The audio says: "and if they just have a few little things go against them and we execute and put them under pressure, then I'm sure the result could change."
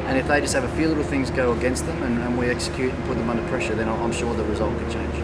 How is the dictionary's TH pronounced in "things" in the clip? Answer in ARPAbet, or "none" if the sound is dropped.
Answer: TH